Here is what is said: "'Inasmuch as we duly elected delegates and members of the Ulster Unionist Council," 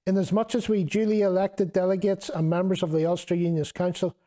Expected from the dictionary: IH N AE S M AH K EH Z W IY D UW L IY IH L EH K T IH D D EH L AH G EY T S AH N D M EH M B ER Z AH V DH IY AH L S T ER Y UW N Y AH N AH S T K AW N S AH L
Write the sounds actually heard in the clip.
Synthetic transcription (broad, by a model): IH N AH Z M AH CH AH Z W IY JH UW L IY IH L EH K T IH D D EH L AH G EY T S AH N M EH M B ER Z AH V DH IY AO L S T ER Y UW N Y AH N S K AW N S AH L